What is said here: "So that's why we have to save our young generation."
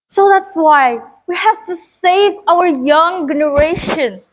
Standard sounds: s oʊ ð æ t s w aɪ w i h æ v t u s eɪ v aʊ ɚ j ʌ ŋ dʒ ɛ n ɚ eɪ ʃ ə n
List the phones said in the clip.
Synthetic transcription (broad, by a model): s oʊ ð æ t s w aɪ w i h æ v t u s eɪ v aʊ ɚ j ʌ ŋ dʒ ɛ n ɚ eɪ ʃ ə n